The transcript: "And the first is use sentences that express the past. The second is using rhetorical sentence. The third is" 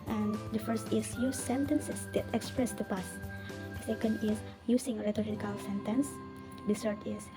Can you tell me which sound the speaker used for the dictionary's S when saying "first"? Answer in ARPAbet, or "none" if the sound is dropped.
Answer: S